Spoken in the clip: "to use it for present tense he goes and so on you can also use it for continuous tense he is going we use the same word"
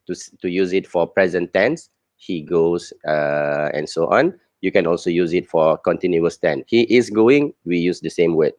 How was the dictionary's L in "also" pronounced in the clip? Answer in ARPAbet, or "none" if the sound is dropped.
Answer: L